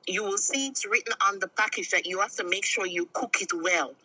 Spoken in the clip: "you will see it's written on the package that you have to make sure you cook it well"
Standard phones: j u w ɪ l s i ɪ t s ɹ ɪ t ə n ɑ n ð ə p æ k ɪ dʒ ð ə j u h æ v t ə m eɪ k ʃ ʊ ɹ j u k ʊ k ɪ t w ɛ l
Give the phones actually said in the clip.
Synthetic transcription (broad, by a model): j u w ɪ l s i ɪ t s ɹ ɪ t n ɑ n ð ə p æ k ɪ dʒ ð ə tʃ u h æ f t ə m eɪ k ʃ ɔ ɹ j u k ʊ k ɪ t w ɛ l